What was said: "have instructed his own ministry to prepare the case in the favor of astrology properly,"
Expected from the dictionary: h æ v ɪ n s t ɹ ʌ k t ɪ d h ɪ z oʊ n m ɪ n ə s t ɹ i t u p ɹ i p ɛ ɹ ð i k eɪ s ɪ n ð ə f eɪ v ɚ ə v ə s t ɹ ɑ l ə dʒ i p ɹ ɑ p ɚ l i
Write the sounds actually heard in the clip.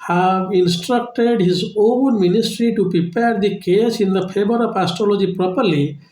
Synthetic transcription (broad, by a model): h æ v ɪ n s t ɹ ʌ k t ɪ d h ɪ z oʊ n m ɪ n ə s t ɹ i t u p ɹ i p ɛ ɹ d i k eɪ s ɪ n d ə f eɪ b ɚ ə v ə s t ɹ ɑ l ə dʒ i p ɹ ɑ p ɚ l i